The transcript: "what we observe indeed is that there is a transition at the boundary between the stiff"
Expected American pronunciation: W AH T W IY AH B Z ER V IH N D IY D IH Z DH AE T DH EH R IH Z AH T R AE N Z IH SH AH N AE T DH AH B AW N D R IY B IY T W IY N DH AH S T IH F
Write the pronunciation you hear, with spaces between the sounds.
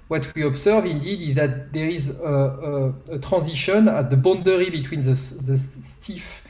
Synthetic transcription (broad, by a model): W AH T W IY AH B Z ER V IH N D IY D IH Z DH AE T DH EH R IH Z AH T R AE Z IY SH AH N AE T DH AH B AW N D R IY B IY T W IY N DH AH S T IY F